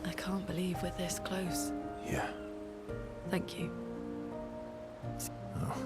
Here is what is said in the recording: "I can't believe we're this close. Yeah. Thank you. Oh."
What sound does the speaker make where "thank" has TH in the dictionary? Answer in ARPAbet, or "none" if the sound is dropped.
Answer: TH